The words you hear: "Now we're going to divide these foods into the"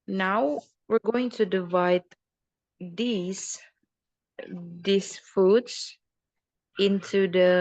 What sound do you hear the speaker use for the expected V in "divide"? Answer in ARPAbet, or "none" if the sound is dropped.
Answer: V